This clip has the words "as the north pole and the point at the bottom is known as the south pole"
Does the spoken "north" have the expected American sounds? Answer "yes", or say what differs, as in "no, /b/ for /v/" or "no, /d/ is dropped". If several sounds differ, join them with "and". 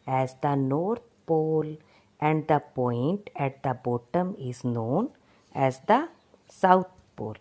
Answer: no, /t/ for /θ/